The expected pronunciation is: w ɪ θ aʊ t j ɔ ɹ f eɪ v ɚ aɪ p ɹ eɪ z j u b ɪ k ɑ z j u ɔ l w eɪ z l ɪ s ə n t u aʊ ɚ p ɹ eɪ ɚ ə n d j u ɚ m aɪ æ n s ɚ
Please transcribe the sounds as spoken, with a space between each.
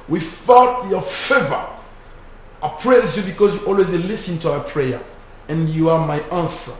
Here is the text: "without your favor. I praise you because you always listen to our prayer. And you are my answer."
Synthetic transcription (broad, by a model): w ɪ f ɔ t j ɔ f eɪ v ɚ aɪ p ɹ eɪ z j u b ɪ k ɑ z j u ɔ l w eɪ z l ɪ s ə n t u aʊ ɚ p ɹ eɪ ɚ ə n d j u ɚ m aɪ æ n s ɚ